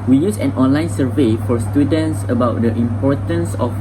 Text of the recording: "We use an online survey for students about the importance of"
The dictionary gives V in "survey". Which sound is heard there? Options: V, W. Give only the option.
V